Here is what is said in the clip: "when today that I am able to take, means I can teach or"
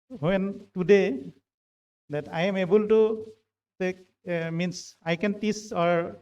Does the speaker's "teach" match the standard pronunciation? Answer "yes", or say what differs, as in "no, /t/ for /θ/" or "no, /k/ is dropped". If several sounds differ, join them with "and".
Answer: no, /s/ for /tʃ/